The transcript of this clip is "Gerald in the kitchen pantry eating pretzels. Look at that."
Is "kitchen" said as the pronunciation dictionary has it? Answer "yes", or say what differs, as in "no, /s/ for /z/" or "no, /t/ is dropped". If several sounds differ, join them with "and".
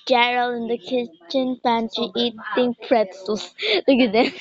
yes